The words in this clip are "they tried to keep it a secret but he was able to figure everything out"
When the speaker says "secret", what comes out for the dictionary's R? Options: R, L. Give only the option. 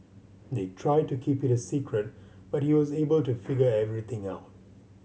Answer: R